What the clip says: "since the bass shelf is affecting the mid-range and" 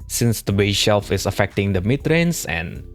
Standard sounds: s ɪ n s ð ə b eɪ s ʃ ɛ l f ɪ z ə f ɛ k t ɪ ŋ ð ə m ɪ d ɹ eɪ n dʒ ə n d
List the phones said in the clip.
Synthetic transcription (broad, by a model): s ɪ n s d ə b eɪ ʃ ɛ l f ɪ s ə f ɛ k t ɪ ŋ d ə m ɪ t ɹ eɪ n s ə n